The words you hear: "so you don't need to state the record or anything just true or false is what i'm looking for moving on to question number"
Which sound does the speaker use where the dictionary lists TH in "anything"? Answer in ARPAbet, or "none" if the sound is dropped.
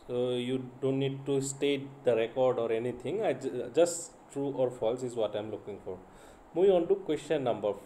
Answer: T